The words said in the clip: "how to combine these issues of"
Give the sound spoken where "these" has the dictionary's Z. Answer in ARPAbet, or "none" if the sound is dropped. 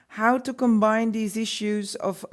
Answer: Z